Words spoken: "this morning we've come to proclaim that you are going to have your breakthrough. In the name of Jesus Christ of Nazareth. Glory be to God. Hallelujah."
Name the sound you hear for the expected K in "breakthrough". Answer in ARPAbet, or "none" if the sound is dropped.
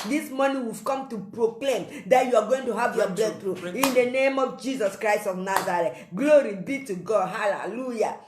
none